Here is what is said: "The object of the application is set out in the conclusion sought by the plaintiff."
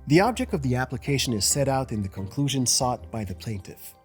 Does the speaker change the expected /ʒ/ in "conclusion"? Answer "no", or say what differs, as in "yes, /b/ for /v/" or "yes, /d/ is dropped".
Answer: no